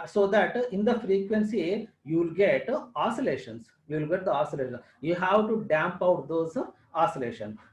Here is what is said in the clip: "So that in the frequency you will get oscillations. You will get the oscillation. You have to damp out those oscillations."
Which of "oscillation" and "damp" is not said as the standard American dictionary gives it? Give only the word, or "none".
none